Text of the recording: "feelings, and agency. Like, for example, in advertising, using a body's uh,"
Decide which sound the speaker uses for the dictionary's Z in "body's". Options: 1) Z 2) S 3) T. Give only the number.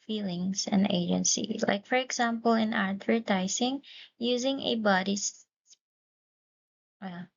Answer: 2